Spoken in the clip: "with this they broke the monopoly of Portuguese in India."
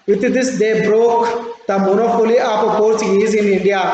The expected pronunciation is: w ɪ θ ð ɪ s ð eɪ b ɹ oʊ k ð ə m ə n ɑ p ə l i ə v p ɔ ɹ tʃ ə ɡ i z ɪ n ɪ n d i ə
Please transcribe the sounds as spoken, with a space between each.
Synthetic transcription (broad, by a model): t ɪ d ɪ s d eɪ b ɹ oʊ k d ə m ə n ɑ f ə l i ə p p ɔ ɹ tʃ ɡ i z ɪ n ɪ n d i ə